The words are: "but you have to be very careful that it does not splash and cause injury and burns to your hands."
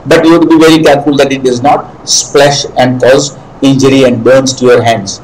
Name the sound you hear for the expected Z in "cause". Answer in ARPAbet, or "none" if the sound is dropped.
Z